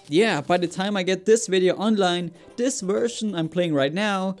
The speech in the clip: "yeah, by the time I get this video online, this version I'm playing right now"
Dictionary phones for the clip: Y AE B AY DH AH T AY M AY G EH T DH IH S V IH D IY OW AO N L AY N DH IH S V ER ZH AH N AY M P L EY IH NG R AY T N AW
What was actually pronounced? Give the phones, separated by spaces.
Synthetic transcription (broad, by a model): Y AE B AY DH AH T AY M AY G EH T DH IH S V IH D IY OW AO N L AY N DH IH S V ER SH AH N AY M P L EY IH NG R AY T N AW